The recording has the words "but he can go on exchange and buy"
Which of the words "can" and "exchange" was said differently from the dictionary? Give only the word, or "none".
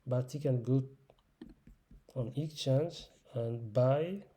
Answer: exchange